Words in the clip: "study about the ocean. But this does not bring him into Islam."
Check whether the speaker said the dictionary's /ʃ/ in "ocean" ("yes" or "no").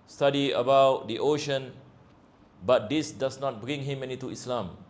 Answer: yes